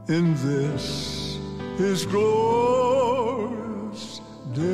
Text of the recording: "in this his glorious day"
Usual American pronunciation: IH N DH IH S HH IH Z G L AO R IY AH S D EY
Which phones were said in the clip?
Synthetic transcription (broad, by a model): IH N DH IH S HH IH Z G L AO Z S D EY